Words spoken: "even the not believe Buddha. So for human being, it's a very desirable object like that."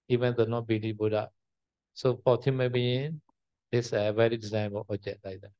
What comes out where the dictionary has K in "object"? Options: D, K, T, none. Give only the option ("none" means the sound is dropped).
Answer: none